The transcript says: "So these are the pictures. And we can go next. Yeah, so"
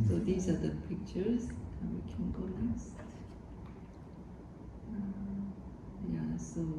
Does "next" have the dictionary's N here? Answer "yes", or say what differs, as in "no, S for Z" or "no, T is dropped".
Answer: no, L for N